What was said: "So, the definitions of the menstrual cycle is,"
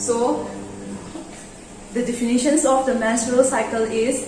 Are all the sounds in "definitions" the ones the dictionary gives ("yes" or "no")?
no